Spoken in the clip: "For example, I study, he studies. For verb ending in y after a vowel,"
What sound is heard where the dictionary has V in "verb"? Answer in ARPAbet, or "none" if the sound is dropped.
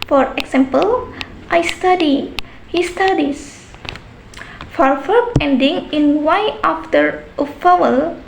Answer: F